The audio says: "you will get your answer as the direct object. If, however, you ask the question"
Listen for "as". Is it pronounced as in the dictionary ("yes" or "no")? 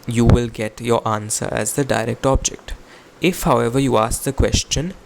yes